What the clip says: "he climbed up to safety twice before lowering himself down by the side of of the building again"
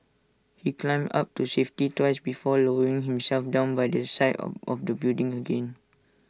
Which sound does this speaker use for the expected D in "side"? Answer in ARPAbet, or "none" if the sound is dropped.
none